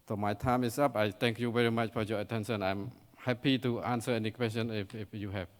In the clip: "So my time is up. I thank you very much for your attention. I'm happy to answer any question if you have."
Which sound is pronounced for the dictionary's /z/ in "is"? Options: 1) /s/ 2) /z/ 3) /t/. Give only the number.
1